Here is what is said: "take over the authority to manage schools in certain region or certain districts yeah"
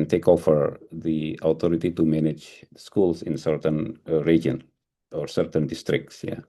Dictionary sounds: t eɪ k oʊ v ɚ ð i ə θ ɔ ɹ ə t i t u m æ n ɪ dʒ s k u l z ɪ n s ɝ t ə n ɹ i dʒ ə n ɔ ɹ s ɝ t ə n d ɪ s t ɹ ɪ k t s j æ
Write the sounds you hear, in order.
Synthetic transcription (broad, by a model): t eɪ k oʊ f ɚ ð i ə t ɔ ɹ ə t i t u m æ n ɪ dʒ s k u l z ɪ n s ɝ t ə n ɹ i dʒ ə n ɔ ɹ s ɝ t ə n d ɪ s t ɹ ɪ k t s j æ